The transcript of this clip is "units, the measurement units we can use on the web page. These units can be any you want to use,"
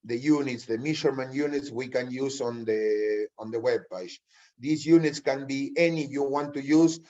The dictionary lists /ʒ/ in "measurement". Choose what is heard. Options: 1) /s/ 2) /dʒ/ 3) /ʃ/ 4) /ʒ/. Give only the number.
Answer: 3